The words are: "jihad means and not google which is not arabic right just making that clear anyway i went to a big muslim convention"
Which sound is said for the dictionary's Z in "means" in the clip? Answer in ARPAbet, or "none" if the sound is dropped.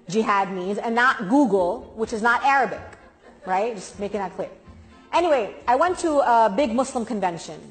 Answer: Z